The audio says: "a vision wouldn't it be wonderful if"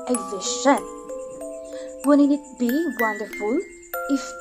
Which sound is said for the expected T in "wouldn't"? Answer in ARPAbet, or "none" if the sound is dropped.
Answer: none